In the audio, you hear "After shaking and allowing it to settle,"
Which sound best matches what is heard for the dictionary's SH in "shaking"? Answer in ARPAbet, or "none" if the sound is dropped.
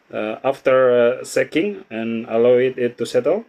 S